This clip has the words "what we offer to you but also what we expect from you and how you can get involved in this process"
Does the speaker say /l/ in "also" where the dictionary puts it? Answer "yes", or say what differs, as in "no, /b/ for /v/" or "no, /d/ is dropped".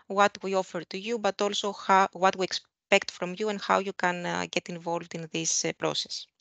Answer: yes